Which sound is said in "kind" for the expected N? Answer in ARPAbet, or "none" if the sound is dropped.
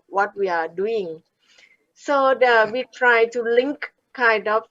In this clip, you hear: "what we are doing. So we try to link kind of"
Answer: N